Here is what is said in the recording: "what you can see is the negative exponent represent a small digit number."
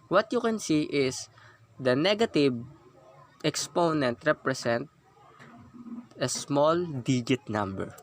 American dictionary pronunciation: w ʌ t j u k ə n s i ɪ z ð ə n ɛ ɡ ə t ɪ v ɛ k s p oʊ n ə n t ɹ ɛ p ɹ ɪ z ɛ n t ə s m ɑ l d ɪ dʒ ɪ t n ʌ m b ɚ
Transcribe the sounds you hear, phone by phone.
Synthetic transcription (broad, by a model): w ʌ t j u k ə n s i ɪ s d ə n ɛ ɡ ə t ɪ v ɛ k s p oʊ n ə n t ɹ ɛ p ɹ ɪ s ɛ n t ə s m ɑ l d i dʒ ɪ t n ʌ m b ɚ